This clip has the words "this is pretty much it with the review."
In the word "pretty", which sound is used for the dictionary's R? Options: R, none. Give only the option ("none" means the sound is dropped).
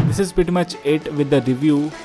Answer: none